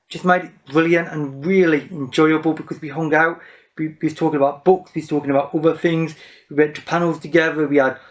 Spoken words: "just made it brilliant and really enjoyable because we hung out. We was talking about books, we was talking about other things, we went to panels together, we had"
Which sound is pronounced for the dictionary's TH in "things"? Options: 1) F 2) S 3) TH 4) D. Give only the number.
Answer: 3